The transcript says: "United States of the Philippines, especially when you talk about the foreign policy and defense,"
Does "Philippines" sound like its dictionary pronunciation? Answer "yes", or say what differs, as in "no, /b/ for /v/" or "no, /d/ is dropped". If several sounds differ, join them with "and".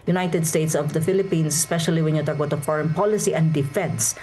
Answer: no, /s/ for /z/